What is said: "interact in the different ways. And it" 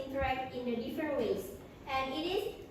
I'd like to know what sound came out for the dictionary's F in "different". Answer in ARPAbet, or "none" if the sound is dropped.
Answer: F